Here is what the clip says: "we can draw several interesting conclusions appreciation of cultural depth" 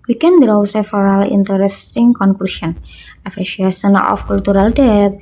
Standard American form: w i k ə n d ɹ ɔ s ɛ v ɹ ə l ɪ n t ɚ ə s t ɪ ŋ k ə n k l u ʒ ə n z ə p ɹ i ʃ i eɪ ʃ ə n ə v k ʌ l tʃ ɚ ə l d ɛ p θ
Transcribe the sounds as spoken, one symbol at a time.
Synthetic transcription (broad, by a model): w i k ə n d ɹ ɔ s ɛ f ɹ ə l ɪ n t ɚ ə s t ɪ ŋ k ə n k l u s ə n ə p ɹ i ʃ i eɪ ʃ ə n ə f k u l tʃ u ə l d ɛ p